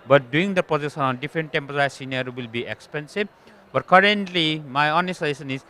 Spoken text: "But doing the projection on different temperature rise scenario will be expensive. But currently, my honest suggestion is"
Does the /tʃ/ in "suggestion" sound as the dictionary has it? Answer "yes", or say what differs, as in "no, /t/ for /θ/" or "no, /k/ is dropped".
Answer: no, /tʃ/ is dropped